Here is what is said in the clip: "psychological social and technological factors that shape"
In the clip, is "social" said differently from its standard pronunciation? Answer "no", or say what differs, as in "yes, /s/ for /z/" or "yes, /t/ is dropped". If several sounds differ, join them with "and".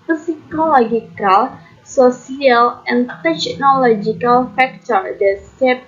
yes, /s/ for /ʃ/